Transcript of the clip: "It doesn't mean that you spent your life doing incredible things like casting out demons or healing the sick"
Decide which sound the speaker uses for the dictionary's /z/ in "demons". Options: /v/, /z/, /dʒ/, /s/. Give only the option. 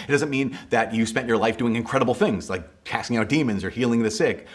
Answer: /z/